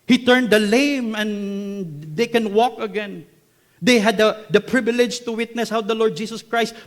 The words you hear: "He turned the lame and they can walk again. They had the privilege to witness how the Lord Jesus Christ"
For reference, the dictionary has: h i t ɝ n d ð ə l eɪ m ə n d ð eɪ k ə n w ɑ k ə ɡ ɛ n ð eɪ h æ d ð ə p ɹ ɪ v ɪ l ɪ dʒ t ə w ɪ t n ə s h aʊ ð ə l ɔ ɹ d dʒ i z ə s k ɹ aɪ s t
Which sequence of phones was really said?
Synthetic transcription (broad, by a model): h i t ɝ n d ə l eɪ m ə n d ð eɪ k ə n w ɑ k ə ɡ ɛ n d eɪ h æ d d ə p ɹ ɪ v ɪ l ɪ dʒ t ə w ɪ t n ə s h aʊ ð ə l ɔ ɹ d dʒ i s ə s k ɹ aɪ s t